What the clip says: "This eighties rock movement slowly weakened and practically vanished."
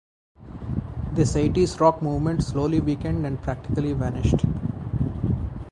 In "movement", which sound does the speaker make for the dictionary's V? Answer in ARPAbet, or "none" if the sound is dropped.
V